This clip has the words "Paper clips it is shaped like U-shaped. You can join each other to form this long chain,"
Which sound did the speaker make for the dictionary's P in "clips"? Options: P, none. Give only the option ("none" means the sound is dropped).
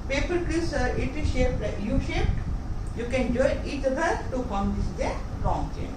none